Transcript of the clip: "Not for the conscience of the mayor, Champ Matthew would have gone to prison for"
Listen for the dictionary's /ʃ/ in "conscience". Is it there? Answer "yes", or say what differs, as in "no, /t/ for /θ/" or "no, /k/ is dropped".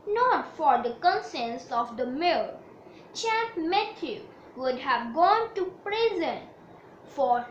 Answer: no, /s/ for /ʃ/